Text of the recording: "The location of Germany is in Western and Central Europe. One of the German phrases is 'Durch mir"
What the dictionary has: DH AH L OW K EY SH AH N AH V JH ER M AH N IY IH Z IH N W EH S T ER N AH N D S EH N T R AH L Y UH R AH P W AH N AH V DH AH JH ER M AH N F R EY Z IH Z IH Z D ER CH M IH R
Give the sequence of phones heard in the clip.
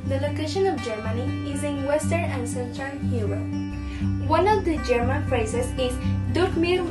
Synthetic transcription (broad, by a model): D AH L OW K EY SH AH N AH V JH ER M AH N IY IH Z IH N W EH S T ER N AH N D S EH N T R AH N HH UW W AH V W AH N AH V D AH JH ER M AH N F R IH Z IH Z IH Z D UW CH M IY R